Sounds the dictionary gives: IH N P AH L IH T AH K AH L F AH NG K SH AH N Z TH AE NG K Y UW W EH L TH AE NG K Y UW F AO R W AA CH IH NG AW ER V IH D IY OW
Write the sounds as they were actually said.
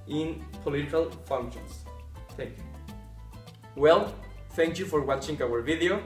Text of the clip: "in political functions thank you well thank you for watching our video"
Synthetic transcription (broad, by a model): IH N P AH L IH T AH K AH L F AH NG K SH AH N S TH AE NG K Y UW W EH L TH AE NG K Y UW F AO R W AA CH IH NG AW ER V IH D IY OW